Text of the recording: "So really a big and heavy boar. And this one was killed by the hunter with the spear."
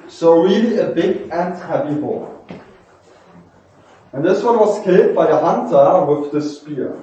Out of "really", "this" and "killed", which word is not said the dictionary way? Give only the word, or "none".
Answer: killed